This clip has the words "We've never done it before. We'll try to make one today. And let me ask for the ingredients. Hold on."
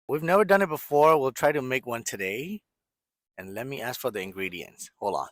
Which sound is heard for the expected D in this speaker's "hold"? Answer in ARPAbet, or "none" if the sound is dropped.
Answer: none